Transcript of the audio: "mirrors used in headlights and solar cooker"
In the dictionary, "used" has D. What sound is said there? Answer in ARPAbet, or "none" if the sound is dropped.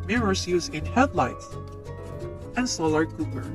none